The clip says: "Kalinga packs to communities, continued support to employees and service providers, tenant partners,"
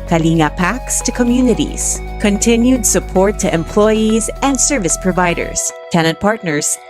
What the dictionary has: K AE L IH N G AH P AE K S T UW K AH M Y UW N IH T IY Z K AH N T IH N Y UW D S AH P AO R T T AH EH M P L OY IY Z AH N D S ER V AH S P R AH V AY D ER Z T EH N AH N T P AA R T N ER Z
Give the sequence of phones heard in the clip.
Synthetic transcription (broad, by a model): K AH L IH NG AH P AE K S T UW K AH M Y UW N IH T IY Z K AH N T IH N Y UW D S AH P AO R T T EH M P L OY IY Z AH N D S ER V AH S P R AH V AY D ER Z T EH N AH N T P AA R T N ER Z